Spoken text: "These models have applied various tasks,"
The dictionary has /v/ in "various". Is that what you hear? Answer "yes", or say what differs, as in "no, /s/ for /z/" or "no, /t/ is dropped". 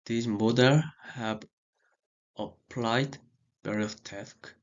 no, /b/ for /v/